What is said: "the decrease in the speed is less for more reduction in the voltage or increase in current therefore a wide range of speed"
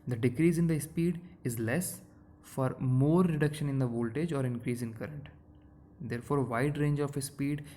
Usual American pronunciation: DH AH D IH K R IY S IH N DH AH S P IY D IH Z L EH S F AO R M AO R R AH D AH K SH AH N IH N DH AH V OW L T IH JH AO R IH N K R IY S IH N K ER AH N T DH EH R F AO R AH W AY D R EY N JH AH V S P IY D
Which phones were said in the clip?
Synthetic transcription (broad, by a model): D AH D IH K R IY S IH N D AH S P IY D IH Z L EH S F AO R M AO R R AH D AH K SH AH N IH N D AH V OW L T IH JH AO R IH N K R IY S IH N K ER AH N T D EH R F AO R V AY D R EY N JH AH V S P IY D